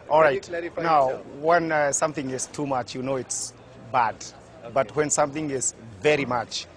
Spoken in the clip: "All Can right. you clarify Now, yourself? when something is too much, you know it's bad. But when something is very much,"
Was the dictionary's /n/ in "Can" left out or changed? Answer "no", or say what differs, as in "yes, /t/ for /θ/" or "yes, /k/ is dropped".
yes, /l/ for /n/